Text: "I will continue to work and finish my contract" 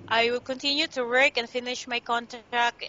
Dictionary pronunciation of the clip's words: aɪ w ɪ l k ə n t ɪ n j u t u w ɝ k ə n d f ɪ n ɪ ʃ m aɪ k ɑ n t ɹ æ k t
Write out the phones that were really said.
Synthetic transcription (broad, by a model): aɪ w ɪ l k ə n t ɪ n j u t u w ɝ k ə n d f ɪ n ɪ ʃ m aɪ k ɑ n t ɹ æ k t